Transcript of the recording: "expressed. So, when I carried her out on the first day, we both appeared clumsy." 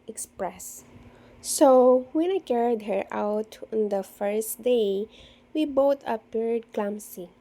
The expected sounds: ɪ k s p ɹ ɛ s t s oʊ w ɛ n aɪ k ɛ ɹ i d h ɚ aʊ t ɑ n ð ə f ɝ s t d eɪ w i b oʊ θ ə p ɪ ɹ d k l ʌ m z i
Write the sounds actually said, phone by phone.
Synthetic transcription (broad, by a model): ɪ k s p ɹ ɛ s s oʊ w ɛ n aɪ k ɛ ɹ i d h ɚ aʊ t ɑ n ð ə f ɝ s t d eɪ w i b oʊ t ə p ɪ ɹ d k l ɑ m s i